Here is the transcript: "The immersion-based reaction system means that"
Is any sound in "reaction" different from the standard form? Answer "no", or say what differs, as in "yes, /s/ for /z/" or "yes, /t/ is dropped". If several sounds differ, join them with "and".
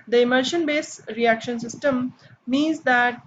no